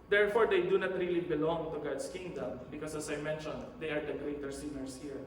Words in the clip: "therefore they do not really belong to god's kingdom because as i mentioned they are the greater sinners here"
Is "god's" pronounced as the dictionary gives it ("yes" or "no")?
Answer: no